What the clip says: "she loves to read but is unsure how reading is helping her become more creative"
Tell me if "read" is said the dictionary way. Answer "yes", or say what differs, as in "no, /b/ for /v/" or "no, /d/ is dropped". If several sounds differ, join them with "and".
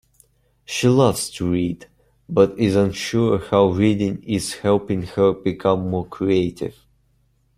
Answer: yes